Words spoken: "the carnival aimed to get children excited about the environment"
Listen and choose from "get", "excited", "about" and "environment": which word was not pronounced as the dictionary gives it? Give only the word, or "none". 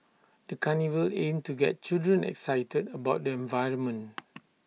environment